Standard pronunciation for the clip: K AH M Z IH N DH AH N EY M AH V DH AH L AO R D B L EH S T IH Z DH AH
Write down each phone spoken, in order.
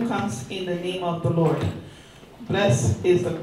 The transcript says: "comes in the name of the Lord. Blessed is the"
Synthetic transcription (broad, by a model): K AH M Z IH N DH AH N EY M AH V DH AH L AO R D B L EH S IH Z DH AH